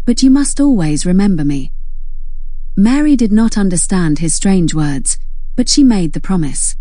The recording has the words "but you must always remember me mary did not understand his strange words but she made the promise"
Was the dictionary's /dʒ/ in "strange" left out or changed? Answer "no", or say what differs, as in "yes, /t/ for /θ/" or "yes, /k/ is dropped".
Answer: no